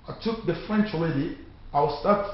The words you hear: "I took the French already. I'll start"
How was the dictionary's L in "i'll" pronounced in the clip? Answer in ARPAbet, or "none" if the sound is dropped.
W